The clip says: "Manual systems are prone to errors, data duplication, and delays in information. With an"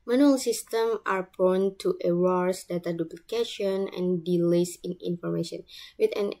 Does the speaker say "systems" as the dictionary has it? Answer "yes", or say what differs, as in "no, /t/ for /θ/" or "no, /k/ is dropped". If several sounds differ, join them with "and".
no, /z/ is dropped